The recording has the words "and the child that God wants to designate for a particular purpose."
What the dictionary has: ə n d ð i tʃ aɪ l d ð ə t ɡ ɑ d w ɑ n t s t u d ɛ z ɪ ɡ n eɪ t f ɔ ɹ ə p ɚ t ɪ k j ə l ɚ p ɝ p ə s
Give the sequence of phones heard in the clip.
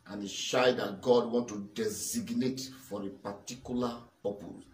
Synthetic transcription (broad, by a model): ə n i ʃ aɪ d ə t ɡ ɑ d w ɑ n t t u d ɛ z ɪ ɡ n eɪ t f ɔ ɹ ə p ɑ t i k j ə l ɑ p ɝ p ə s